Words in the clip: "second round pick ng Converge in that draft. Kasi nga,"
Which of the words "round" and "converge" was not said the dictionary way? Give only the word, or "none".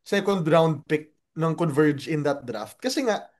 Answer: none